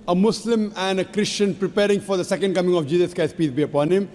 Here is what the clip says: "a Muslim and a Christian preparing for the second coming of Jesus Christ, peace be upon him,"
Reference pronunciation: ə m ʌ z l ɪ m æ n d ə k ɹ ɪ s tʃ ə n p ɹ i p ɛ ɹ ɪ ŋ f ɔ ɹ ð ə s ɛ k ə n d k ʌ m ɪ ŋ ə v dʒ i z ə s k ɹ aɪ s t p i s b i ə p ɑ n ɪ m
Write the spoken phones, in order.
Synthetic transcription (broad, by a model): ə m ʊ s l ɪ m æ n d ə k ɹ ɪ s tʃ ə n p ɹ i p ɛ ɹ ɪ ŋ f ɔ ɹ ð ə s ɛ k ə n d k ʌ m ɪ ŋ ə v dʒ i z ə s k aɪ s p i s b i ə p ɑ n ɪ m